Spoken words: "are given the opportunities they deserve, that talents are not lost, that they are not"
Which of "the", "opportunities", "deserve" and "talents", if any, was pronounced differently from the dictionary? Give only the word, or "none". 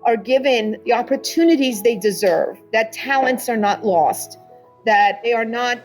none